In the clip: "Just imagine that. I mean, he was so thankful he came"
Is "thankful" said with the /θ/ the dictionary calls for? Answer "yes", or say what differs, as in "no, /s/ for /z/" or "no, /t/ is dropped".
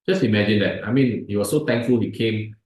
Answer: no, /t/ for /θ/